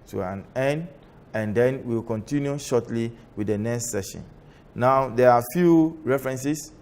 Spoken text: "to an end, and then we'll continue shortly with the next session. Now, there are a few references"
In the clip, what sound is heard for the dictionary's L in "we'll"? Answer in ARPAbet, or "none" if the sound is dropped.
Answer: W